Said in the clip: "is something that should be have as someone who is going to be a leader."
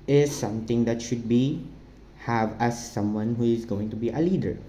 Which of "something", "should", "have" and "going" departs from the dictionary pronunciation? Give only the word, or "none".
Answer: something